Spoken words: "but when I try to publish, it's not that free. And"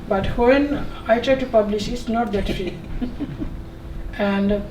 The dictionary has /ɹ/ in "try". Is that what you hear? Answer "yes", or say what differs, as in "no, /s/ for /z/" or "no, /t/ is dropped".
yes